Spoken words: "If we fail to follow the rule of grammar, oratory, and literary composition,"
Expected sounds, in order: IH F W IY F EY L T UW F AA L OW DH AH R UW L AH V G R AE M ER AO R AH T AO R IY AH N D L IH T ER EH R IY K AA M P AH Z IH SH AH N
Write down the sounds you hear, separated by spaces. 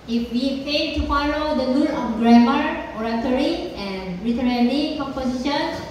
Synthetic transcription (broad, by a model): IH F W IY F EY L T UW F AA L OW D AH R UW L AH F G R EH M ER AO R AH T AO R IY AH N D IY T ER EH L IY K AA M P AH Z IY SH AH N